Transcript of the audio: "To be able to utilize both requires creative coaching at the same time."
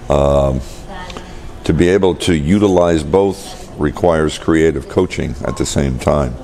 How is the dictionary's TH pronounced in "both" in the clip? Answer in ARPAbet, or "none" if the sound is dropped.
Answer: TH